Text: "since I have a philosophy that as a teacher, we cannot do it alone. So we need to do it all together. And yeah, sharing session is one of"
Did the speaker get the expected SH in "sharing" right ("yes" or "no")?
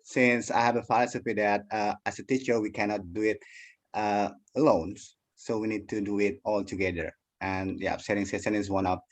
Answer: no